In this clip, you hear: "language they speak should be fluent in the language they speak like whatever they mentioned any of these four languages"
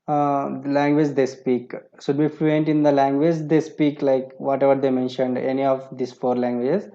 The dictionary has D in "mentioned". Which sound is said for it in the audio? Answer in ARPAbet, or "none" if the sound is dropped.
D